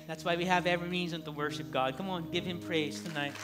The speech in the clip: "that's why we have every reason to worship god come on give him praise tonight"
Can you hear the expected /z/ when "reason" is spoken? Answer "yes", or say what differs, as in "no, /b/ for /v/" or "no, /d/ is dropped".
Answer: yes